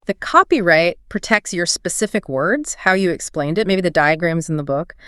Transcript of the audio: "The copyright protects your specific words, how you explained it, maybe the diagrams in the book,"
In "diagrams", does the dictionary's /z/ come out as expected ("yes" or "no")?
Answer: yes